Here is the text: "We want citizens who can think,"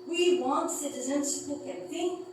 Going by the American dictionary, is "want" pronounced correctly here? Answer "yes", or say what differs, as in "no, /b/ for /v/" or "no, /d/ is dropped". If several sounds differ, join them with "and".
yes